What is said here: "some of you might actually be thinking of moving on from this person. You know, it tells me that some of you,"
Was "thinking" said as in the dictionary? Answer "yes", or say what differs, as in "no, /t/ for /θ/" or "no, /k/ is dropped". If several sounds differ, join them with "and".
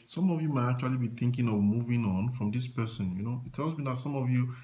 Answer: yes